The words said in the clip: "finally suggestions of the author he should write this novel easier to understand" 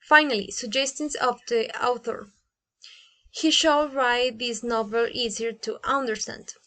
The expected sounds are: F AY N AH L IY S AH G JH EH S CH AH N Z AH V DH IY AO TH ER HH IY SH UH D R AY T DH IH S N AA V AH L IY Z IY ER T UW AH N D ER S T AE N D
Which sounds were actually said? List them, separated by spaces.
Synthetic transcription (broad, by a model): F AY N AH L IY S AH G JH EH S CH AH N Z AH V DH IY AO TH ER HH IY SH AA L R AY T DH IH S N AA V AH L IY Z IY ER T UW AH N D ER S T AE N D